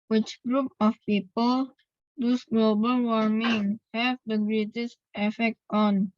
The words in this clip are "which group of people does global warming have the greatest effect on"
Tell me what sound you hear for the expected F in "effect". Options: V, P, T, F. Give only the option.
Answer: F